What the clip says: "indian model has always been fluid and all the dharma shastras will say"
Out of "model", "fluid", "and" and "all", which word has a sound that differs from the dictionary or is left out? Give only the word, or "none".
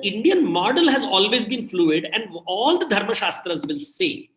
none